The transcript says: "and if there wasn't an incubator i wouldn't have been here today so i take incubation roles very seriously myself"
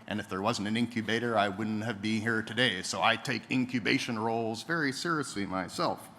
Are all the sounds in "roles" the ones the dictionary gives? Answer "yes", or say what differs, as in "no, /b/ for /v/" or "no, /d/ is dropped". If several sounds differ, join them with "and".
yes